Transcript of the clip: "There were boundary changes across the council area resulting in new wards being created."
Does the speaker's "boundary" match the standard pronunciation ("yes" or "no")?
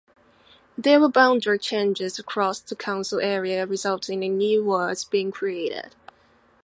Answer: no